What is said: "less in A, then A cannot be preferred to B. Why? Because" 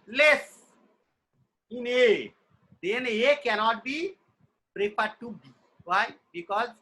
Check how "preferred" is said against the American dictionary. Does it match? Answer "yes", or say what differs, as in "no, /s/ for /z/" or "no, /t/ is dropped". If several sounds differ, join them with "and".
no, /p/ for /f/